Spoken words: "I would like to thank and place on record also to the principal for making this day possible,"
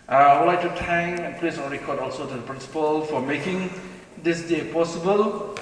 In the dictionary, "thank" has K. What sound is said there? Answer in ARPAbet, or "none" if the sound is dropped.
none